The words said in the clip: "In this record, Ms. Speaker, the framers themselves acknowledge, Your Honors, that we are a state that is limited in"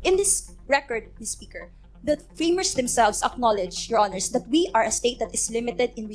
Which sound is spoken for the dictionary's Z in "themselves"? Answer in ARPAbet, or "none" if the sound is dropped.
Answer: S